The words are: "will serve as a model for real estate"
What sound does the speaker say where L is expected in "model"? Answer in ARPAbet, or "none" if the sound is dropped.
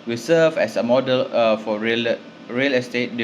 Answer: L